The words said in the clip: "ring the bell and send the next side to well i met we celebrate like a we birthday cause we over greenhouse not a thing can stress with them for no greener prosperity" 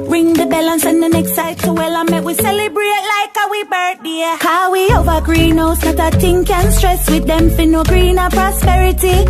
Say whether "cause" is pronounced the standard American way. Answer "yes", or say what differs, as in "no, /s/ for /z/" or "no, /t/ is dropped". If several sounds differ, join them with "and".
no, /z/ is dropped